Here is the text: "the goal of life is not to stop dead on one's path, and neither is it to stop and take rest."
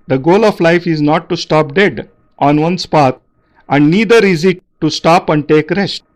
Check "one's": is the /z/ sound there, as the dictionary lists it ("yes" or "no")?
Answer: no